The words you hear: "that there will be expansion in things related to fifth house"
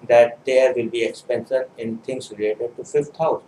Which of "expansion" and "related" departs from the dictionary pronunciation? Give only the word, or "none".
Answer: expansion